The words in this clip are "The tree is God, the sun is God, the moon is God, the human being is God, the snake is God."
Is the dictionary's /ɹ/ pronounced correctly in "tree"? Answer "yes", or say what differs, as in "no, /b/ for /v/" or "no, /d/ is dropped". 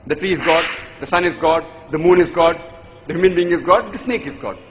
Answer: yes